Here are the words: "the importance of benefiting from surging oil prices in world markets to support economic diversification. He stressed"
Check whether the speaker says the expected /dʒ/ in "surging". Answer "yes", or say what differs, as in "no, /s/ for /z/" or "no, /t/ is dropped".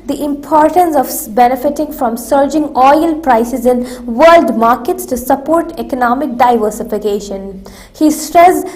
yes